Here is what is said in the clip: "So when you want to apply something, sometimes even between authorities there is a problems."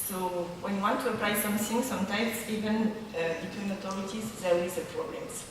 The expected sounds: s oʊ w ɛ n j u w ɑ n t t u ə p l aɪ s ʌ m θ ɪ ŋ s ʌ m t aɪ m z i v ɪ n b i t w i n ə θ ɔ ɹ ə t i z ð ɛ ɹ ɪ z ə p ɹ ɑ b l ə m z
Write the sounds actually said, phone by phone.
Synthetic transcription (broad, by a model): s oʊ w ɛ n j u w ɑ n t t u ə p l aɪ s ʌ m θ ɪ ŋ s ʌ m t aɪ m s i v ɪ n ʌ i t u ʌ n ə t ɔ ɹ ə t i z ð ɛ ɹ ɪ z ə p ɹ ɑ b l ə m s